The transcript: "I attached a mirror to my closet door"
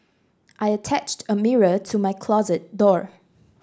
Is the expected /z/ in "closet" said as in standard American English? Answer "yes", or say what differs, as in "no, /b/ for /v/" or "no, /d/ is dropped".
yes